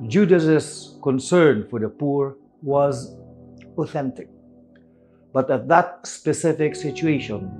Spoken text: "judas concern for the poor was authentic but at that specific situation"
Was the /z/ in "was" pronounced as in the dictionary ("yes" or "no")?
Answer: yes